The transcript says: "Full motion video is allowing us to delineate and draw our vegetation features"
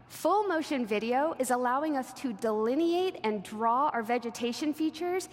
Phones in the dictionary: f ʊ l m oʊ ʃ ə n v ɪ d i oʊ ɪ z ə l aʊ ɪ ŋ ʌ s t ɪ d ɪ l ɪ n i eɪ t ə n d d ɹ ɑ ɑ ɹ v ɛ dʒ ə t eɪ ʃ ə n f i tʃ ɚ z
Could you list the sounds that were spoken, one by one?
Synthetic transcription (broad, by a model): f ʊ l m oʊ ʃ ə n v ɪ d i oʊ ɪ z ə l aʊ ɪ ŋ ʌ s t ɪ d ɪ l ɪ n i eɪ t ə n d d ɹ ɑ ɑ ɹ v ɛ dʒ ə t eɪ ʃ ə n f i tʃ ɚ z